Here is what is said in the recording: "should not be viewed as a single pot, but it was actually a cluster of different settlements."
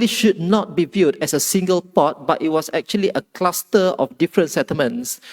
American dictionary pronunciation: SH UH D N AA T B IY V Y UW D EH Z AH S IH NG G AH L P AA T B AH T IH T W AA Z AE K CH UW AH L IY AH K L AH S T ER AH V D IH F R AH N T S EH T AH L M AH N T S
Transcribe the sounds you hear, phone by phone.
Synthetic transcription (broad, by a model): SH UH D N AA T B IY V Y UW D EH S AH S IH NG G AH L P AA T B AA T IH T W AA S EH K CH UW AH L IY AH K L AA S T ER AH F D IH F R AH N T S EH T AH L M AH N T S